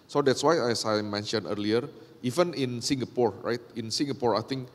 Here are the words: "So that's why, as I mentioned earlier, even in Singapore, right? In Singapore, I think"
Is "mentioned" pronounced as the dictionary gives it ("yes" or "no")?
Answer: no